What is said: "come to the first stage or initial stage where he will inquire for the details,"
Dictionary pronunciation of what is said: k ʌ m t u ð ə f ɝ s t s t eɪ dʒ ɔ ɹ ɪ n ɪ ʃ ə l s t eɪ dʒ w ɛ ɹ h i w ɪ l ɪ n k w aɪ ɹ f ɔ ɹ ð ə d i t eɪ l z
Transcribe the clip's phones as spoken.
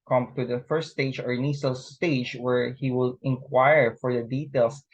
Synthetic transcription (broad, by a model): k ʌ m t u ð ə f ɝ s t s t eɪ dʒ ɔ ɹ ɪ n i s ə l s t eɪ dʒ w ɛ ɹ h i w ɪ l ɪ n k w aɪ ɹ f ɔ ɹ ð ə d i t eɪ l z